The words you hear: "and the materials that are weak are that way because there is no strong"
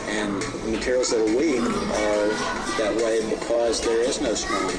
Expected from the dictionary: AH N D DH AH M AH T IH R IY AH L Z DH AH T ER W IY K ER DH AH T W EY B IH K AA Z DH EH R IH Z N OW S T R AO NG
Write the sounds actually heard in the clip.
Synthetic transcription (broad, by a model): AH N DH AH M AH T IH R IY L Z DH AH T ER W IY K ER DH AH T W EY B IH K AA Z DH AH R IH Z N OW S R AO